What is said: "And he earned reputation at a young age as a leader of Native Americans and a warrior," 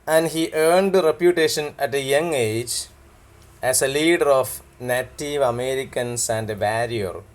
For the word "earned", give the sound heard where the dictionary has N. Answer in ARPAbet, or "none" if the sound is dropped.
N